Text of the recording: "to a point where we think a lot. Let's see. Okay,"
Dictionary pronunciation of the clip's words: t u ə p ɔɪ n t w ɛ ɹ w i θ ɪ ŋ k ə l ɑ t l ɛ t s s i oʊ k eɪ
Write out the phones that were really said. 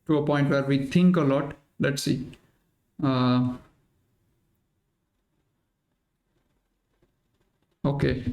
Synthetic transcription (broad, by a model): t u ə p ɔɪ n t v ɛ ɹ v i t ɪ ŋ k ə l ɑ t l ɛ t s s i oʊ k eɪ